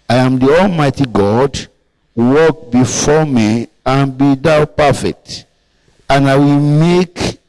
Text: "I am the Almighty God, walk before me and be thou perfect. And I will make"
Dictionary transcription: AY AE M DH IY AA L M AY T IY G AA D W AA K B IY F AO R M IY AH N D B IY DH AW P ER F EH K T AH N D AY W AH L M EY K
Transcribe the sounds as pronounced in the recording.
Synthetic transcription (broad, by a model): AY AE M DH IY AA L M AY T IY G AA D W AA K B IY F AO M IY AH N B IY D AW P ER F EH K T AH N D AY W AH L M EY K